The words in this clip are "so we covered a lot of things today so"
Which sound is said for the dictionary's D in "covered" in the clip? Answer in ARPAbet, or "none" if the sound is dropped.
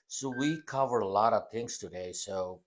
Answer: none